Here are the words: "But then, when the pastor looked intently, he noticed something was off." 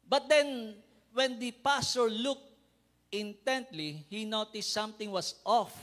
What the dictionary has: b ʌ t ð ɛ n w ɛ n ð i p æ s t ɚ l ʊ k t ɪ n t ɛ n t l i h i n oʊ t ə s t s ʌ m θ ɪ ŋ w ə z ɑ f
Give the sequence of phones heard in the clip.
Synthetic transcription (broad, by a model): b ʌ t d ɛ n w ɛ n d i p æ s t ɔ l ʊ k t ɪ n t ɛ n t l i h i n oʊ t ə s t s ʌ m t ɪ ŋ w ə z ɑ f